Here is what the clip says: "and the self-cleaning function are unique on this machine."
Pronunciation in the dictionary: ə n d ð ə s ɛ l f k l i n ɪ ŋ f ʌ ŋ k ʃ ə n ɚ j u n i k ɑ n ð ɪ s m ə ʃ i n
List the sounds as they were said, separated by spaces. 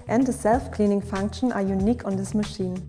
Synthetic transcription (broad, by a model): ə n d ð ə s ɛ l f k l i n ɪ ŋ f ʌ ŋ k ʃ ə n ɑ j u n i k ɑ n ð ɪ s m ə ʃ i n